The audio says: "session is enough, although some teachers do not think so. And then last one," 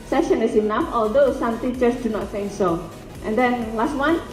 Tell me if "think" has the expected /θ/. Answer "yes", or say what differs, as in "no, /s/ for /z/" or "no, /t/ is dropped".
no, /s/ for /θ/